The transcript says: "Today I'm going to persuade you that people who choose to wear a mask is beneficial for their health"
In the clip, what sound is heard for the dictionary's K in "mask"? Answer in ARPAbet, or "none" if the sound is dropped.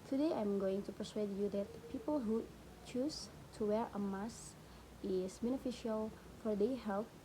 none